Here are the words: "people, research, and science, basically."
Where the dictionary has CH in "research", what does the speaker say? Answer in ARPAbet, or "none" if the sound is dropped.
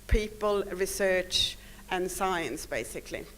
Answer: CH